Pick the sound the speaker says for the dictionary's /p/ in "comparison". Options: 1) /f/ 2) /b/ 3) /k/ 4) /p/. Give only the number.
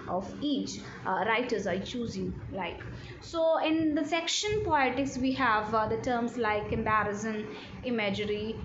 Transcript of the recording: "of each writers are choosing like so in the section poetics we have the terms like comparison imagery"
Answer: 2